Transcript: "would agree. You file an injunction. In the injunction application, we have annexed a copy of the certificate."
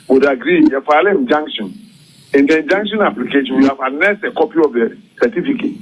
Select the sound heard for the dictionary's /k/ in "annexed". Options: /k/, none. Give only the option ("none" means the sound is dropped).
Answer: none